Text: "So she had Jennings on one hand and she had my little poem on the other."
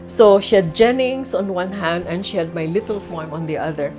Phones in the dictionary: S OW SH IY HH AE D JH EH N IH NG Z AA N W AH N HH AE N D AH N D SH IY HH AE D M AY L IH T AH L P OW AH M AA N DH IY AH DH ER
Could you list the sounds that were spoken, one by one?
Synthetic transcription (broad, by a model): S OW SH IY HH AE D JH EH N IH NG S AA N W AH N HH AE N D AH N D SH IY HH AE D M AY L IH T AH L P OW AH M AA N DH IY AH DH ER